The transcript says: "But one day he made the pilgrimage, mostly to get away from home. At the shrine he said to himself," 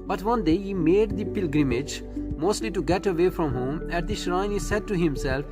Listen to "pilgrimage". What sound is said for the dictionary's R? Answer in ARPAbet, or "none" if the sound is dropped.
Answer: R